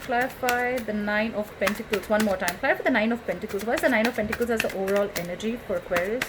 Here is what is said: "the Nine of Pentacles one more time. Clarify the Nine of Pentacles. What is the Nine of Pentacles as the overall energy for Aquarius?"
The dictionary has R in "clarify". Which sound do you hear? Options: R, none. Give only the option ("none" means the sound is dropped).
none